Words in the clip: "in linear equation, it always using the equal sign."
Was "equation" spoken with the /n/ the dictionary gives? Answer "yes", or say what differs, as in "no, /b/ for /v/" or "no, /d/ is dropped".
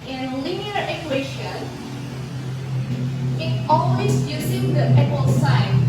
no, /n/ is dropped